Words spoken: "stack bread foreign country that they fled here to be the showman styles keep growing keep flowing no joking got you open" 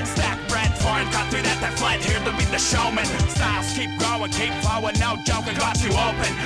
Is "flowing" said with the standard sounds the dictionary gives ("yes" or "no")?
no